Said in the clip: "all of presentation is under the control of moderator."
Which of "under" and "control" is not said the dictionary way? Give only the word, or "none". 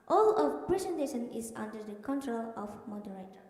none